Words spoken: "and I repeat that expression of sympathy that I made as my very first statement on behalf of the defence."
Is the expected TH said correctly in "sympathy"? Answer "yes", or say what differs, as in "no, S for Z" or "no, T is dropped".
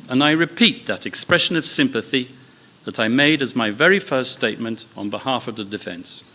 yes